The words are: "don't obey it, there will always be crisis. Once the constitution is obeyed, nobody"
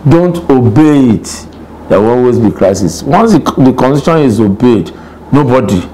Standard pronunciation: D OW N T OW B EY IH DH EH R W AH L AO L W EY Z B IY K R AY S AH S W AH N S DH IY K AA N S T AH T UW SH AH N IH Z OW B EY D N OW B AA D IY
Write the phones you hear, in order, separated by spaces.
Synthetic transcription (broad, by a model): D OW N T OW B EY IH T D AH W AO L W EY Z B IY K R AY S AH S W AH N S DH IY K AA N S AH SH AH N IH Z OW B EY D N OW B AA D IY